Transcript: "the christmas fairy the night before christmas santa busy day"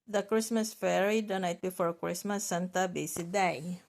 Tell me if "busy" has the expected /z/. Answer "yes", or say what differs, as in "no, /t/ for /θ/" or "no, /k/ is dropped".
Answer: no, /s/ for /z/